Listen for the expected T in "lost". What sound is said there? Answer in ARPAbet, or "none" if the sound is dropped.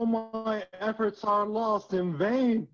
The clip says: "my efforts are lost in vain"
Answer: T